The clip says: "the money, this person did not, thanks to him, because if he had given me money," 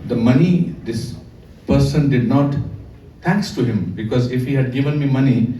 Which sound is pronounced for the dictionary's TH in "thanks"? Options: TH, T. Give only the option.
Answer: T